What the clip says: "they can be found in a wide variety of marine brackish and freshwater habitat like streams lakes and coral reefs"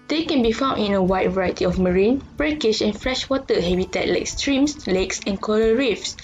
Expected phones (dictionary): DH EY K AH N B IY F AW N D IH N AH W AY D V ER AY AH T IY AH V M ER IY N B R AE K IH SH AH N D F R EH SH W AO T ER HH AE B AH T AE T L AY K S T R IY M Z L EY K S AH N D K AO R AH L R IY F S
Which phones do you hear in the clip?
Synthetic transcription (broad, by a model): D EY K AH N B IY F AW N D IH N AH W AY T V ER AY AH T IY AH F M ER IY N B R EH K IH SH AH N F R EH SH W AO T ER HH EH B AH T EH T L AY K S T R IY M S L EY K S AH N K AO L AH R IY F S